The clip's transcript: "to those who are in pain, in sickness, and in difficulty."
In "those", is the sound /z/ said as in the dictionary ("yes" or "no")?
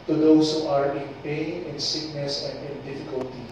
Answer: no